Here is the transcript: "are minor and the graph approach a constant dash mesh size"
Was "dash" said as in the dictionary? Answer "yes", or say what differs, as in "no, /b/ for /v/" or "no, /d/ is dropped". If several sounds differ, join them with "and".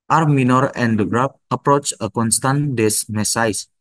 no, /s/ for /ʃ/